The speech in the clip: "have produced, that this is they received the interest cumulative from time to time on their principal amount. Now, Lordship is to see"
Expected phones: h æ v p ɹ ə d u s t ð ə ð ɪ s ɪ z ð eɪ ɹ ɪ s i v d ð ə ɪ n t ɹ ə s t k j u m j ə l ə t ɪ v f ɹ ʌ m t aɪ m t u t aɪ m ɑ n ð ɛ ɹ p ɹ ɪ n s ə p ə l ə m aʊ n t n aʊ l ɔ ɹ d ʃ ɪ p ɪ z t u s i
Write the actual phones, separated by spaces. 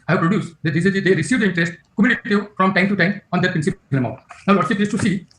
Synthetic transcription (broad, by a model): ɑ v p ɹ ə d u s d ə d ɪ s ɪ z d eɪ ɹ ɪ s i v d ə ɪ n t ɹ ə s t k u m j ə n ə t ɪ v f ɹ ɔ m t aɪ m t u t aɪ m ɑ n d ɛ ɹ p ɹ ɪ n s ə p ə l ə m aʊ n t n aʊ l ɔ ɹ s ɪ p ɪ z t u s i